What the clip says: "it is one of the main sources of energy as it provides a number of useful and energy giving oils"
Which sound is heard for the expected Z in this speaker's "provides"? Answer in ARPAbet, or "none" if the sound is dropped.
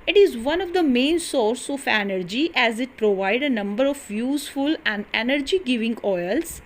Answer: none